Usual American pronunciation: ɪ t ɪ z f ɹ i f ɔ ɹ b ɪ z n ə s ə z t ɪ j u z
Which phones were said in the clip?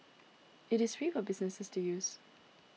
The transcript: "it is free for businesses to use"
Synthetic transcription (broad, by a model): ɪ t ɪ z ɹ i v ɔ l b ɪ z n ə s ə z t ɪ j u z